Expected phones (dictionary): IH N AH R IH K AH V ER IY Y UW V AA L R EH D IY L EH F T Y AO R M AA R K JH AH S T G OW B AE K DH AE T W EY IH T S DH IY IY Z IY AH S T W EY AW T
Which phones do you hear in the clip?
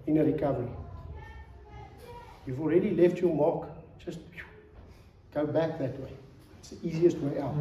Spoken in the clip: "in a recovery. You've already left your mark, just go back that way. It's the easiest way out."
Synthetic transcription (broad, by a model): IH N AH R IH K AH V ER IY Y UW V AA L R EH D IY L EH F T Y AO M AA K JH AH S T G OW B AE K DH AE T W EY IH T S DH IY IY Z IY AH S T W EY AW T